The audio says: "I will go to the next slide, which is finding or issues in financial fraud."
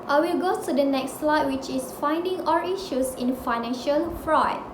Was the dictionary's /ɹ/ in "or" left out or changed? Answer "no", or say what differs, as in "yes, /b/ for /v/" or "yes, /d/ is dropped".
yes, /l/ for /ɹ/